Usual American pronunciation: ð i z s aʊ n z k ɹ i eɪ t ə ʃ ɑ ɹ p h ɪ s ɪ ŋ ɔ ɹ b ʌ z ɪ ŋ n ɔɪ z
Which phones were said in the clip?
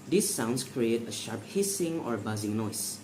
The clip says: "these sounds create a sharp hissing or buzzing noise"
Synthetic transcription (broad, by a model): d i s aʊ n s k ɹ i eɪ t ə ʃ ɑ ɹ p h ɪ s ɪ ŋ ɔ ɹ b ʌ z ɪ ŋ n ɔɪ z